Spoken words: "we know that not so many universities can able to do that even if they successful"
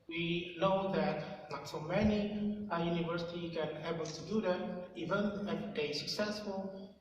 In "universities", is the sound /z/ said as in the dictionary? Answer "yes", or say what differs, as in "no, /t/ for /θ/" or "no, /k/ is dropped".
no, /z/ is dropped